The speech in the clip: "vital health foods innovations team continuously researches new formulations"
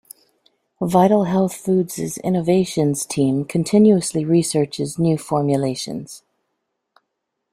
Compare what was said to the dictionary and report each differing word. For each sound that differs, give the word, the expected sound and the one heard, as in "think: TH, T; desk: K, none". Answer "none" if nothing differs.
none